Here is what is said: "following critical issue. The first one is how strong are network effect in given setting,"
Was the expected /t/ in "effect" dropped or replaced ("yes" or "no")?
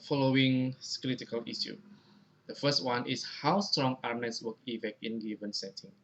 yes